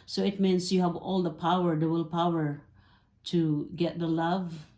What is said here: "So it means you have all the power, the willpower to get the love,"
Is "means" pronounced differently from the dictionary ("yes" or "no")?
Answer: yes